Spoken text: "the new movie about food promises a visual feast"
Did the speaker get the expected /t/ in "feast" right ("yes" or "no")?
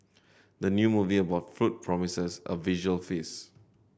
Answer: no